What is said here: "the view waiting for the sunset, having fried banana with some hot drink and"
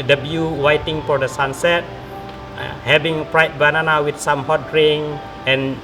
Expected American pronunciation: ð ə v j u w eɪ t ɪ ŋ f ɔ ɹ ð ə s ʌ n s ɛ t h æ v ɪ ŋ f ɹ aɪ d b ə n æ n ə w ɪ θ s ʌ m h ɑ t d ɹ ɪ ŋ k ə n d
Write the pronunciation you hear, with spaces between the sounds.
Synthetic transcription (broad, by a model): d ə b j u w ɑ t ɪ ŋ f ɔ ɹ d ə s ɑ n s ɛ t h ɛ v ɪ ŋ p ɹ aɪ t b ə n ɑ n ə w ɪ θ s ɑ m h ɑ t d ɹ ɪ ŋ ə n